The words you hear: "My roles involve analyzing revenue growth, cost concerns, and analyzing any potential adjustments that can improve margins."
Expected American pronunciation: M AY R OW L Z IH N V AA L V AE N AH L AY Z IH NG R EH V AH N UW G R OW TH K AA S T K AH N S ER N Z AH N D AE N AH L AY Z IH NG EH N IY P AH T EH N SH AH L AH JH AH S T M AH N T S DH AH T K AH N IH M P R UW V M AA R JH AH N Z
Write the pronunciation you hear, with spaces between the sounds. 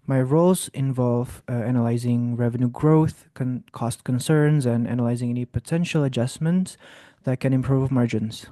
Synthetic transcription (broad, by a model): M AY R OW L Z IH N V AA L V AE N AH L AY Z IH NG R EH V AH N UW G R OW TH K AA S T K AH N S ER N Z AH N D AE N AH L AY Z IH NG EH N IY P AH T EH N SH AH L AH JH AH S M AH N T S DH AH T K AH N IH M P R UW V M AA R JH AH N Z